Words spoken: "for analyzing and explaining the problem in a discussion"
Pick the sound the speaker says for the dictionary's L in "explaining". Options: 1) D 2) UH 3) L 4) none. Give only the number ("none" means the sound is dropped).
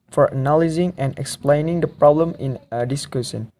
3